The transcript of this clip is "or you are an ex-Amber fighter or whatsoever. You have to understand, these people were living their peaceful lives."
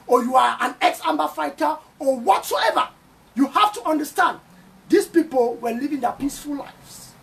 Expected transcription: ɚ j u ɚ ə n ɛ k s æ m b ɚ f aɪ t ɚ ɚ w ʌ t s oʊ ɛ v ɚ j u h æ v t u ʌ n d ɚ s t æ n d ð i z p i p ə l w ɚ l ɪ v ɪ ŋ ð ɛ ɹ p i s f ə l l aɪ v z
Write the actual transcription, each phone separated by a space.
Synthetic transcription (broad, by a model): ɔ j u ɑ ə n ɛ k s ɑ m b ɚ f aɪ t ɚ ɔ w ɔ t s oʊ ɛ v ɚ j u h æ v t u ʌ n d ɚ s t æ n d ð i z p i p ə l w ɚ l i v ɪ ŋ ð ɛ p i s f ə l l aɪ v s